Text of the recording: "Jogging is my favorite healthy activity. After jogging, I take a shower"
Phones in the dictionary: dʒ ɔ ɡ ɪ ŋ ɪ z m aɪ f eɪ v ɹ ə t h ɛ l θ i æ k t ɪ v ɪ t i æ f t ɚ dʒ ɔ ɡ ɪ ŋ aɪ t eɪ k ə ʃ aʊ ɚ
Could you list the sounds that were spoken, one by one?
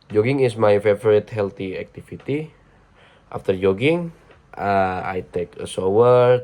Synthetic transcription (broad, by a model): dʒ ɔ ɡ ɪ ŋ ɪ s m aɪ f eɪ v ɹ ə t h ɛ l t i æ k t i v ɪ t i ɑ f t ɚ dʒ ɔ ɡ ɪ ŋ aɪ t eɪ k ə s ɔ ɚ